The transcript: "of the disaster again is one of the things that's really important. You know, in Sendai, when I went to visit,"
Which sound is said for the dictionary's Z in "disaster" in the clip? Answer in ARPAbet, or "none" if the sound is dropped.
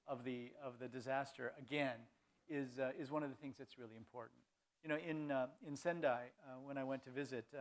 Z